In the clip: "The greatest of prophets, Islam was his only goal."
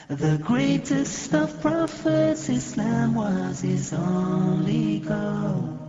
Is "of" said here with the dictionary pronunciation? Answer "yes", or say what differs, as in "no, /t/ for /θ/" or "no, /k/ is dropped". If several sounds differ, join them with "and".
no, /f/ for /v/